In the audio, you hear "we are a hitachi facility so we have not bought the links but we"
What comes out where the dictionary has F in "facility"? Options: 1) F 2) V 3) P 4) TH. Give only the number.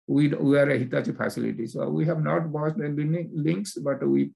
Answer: 3